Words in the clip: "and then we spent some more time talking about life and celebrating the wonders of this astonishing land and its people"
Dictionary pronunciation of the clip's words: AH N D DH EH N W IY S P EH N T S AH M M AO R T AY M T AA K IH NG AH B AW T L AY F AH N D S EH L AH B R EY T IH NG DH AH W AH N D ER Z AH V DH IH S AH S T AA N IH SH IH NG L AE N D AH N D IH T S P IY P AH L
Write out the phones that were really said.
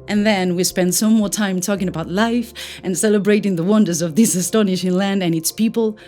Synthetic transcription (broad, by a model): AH N DH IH N W IY S P EH N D S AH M M AO R T AY M T AA K IH NG AH B AW T L AY F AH N S EH L AH B R EY T IH NG DH AH W AH N D ER Z AH V DH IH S AH S T AA N IH SH IH NG L AE N D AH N IH T S P IY P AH L